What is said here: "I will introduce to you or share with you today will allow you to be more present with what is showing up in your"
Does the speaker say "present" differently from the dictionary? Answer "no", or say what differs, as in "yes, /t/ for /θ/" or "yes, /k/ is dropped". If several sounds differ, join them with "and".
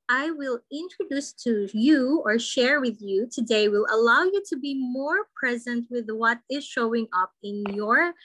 no